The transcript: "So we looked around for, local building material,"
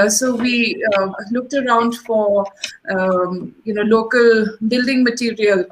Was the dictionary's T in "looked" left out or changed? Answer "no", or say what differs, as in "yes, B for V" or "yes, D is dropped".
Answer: no